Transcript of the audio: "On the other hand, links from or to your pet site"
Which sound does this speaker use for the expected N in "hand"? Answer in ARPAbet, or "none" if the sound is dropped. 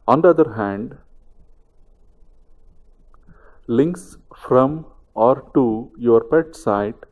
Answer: N